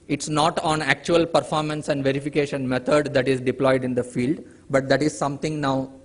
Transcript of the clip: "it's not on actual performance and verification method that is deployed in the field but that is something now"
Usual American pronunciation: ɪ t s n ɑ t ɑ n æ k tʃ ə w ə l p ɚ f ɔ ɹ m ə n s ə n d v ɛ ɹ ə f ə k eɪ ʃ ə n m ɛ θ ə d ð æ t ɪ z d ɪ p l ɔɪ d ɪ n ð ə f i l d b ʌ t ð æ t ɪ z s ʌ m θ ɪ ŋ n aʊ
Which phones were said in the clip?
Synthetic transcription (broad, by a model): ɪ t s n ɑ t ɑ n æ k tʃ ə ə l p ɚ f ɔ ɹ m ə n s ə n d v ɛ ɹ ə f ə k eɪ ʃ ə n m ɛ t ə d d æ t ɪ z d ɪ p l ɔɪ d ɪ n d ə f i l d b ʌ t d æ t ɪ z s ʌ m t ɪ ŋ n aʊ